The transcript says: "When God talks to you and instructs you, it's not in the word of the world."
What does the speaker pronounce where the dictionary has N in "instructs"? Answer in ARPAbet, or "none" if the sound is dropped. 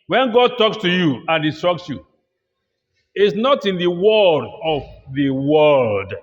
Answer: none